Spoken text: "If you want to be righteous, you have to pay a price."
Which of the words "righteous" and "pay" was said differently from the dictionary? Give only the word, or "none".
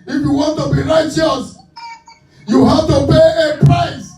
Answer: none